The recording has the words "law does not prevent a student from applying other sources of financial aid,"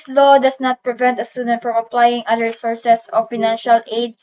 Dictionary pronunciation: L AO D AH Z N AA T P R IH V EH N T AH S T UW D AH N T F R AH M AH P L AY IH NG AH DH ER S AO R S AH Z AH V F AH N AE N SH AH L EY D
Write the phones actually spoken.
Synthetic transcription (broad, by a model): L AO D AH S N AA T P R IH V EH N T AH S T UW D AH N T F R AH M AH P L AY IH NG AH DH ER S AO R S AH S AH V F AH N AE N SH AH L EY D